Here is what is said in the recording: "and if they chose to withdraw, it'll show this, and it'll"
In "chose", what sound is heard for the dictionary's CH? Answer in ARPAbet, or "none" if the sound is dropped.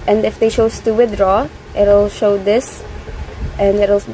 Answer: SH